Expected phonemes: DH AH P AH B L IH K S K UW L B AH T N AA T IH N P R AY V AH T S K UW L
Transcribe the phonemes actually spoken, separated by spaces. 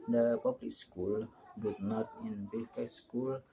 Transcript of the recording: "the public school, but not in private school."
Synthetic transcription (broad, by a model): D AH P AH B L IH K S K UW L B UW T N AA T IH N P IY F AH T S K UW L